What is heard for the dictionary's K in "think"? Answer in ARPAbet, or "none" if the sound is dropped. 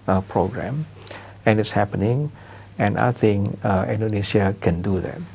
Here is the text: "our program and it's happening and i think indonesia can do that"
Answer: none